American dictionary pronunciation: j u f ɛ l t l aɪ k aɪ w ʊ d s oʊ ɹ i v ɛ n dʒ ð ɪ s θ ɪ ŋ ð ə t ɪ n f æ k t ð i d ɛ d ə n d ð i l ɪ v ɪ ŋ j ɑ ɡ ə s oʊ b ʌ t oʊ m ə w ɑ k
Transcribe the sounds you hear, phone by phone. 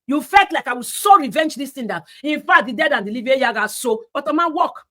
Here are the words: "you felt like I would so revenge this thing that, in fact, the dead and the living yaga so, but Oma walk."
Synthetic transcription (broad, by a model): j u f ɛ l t l aɪ k aɪ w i s oʊ ɹ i v ɛ n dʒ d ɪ s t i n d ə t ɪ n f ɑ t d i d ɛ d ə n d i l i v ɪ j ɑ ɡ ə s oʊ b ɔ t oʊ m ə w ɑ k